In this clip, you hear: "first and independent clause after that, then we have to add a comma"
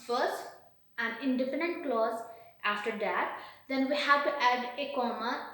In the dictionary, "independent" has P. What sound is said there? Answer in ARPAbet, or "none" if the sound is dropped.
F